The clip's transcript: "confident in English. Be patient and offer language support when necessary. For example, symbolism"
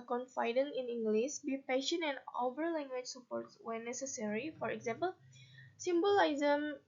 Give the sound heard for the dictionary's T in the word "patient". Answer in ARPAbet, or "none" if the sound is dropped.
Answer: none